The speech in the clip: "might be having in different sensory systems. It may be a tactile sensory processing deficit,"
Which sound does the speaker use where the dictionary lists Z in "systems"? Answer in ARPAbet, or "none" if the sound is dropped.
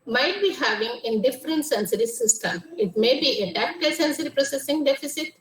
none